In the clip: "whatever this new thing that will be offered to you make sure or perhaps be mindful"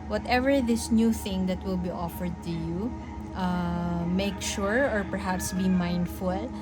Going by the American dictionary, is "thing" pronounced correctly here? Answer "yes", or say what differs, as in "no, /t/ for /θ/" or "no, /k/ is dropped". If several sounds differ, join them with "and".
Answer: yes